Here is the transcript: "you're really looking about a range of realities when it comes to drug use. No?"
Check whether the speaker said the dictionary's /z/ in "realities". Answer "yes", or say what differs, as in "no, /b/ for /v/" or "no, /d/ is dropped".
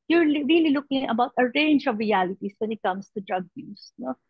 no, /s/ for /z/